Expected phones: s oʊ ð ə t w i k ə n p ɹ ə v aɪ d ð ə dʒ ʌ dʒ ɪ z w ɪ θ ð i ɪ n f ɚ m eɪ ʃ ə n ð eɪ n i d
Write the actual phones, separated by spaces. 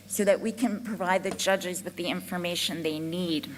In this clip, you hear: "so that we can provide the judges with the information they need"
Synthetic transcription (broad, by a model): s oʊ ð ə t w i k ə n p ɹ ə v aɪ d ð ə dʒ ʌ dʒ ɪ z w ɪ ð i ɪ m f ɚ m eɪ ʃ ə n ð eɪ n i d